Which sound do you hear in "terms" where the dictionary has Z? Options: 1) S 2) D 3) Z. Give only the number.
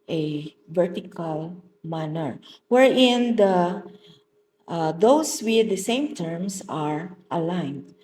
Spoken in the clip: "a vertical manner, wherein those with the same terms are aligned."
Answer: 1